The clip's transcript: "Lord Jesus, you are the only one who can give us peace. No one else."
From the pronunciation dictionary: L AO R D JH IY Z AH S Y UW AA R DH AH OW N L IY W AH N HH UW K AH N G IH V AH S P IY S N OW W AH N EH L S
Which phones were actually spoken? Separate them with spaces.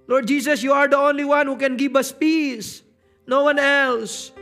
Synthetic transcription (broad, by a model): L AO R D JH IY S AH S Y UW AA R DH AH OW N L IY W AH N HH UW K AH N G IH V AH S P IY S N OW W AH N EH L S